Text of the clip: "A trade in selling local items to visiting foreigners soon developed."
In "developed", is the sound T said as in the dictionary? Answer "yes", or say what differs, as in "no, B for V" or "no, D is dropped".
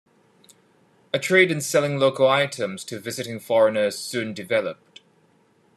yes